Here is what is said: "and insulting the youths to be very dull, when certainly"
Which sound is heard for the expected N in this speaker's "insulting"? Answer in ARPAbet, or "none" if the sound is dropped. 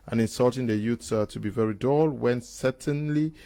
N